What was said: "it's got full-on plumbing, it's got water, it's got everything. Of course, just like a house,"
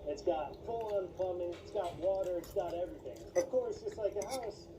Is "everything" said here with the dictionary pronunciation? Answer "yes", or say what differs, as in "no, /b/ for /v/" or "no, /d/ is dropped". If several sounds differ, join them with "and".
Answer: yes